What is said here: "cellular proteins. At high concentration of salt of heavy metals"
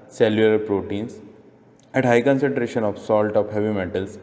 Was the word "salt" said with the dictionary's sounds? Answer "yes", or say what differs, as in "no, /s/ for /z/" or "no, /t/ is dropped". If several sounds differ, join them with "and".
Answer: yes